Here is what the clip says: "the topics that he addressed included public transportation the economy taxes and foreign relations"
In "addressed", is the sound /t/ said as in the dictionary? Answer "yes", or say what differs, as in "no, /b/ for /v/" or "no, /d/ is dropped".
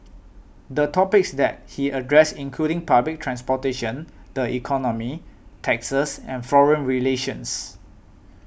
no, /t/ is dropped